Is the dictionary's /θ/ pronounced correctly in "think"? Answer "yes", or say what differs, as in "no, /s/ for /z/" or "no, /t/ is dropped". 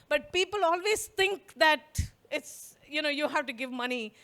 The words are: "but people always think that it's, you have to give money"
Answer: no, /t/ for /θ/